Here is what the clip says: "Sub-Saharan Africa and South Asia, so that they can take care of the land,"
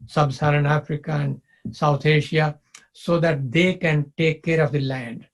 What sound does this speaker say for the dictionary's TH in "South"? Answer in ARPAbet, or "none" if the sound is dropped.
T